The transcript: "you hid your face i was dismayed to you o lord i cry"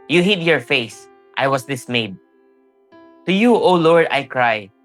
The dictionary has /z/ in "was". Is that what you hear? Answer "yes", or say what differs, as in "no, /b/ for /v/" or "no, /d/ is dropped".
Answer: no, /s/ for /z/